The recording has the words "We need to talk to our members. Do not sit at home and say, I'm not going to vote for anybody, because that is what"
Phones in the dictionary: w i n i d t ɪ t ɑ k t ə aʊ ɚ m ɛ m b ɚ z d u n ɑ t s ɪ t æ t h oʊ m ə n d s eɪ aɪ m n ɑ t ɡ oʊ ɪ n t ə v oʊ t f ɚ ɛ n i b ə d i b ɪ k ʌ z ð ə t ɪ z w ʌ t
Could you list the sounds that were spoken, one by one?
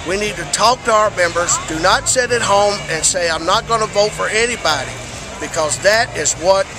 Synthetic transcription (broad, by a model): w i n i d t ɪ t ɑ k t ə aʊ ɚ m ɛ m b ɚ z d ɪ n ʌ t s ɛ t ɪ t h oʊ m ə n s eɪ aɪ m n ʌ t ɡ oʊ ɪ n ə v oʊ t f ɚ ɛ n i b ə d i b ɪ k ʌ z ð ə t ɪ z w ʌ t